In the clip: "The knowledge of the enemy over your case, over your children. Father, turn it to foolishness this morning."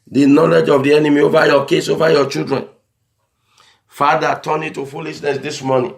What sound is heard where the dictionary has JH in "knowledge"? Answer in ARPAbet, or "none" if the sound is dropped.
JH